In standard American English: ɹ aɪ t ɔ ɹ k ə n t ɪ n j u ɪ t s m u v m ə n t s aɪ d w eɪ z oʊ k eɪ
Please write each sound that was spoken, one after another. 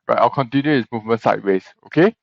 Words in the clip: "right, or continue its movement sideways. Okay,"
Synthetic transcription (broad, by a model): ɹ aɪ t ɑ l k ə n t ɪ n j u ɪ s m u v m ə n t s aɪ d w eɪ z oʊ k eɪ